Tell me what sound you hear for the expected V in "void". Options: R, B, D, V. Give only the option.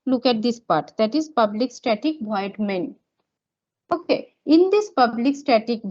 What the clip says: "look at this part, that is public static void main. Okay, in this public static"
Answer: B